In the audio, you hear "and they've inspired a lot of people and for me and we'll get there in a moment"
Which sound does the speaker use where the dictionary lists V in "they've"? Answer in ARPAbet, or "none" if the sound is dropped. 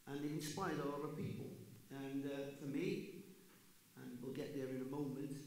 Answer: none